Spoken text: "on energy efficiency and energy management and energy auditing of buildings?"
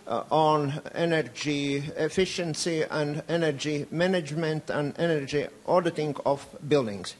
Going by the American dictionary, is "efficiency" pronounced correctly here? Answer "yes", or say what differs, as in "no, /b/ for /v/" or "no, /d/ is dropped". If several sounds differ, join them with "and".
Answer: yes